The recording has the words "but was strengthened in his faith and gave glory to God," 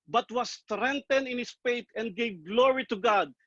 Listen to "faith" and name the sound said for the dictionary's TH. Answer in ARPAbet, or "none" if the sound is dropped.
T